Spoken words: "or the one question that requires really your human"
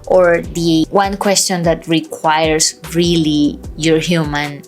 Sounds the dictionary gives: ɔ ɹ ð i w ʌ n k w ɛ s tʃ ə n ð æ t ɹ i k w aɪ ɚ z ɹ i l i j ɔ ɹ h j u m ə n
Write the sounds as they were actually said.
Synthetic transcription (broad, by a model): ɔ ɹ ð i w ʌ n k w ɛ s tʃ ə n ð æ t ɹ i k w aɪ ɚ s ɹ i l i j ɔ ɹ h j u m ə n